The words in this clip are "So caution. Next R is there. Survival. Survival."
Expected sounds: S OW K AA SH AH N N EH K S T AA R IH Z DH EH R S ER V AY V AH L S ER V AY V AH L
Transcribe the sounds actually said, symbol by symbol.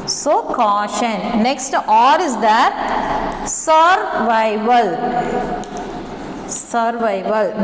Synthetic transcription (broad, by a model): S OW K AA SH AH N N EH K S T AA R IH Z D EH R S ER V AY V AH L S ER V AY V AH L